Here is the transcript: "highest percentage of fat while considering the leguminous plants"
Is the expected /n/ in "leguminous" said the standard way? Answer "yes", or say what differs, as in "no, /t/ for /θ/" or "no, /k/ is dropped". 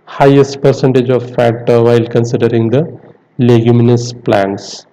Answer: yes